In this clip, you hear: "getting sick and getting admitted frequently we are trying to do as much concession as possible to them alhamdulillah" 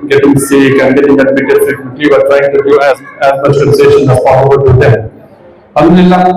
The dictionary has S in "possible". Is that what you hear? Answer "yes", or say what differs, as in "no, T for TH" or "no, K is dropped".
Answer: no, S is dropped